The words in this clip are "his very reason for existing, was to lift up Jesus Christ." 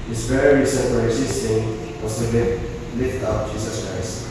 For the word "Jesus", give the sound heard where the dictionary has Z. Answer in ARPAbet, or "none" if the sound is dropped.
S